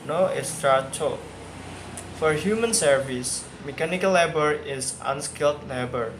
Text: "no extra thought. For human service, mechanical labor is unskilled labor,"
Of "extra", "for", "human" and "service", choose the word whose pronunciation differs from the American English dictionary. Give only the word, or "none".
extra